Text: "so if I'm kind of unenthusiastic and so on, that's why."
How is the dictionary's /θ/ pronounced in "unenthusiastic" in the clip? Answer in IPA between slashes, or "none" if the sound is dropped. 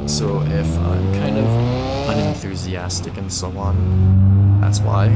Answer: /θ/